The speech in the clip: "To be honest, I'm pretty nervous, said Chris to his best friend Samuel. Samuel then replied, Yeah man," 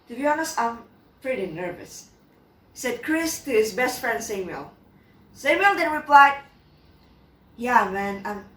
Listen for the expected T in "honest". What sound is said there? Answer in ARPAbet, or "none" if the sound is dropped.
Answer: none